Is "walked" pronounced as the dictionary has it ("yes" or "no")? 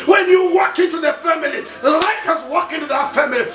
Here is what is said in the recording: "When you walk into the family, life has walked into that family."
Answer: no